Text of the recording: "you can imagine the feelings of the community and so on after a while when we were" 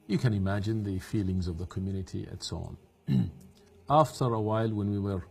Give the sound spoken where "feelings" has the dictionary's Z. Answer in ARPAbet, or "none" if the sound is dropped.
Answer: Z